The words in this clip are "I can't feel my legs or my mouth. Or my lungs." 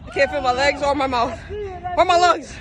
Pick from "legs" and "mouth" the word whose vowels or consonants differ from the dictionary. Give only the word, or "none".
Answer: none